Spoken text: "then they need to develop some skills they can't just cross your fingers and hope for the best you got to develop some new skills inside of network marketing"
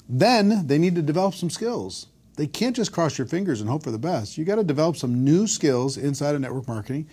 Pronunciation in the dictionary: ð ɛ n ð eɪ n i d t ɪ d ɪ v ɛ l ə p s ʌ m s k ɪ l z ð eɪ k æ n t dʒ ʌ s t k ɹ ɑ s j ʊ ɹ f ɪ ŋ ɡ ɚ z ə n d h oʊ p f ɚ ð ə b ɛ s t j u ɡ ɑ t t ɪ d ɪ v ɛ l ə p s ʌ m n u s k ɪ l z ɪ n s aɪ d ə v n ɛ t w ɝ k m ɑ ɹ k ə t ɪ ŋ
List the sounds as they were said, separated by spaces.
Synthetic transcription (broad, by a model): ð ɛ n ð eɪ n i d t ɪ d ɪ v ɛ l ə p s ʌ m s k ɪ l z ð eɪ k æ n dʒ ʌ s k ɹ ɑ s j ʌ ɹ f ɪ ŋ ɡ ɚ z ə n h oʊ p f ɚ ð ə b ɛ s t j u ɡ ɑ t t ɪ d ɪ v ɛ l ə p s ʌ m n u s k ɪ l z ɪ n s aɪ d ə n ɛ t w ɝ k m ɑ ɹ k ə t ɪ ŋ